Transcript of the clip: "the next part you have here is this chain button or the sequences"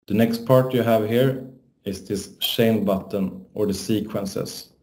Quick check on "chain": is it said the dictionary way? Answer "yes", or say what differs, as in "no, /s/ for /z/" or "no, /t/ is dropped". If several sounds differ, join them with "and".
no, /ʃ/ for /tʃ/